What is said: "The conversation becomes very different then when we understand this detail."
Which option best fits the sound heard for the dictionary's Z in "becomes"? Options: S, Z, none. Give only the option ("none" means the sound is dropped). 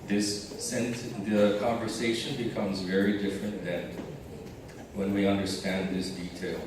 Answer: Z